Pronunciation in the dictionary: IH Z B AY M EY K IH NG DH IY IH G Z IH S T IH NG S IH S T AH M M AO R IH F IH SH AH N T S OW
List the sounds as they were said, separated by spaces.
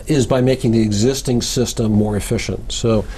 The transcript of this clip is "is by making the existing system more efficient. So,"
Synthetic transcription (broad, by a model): IH Z B AY M EY K IH NG DH IY IH G Z IH S T IH NG S IH S T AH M M AO R IH F IH SH AH N T S OW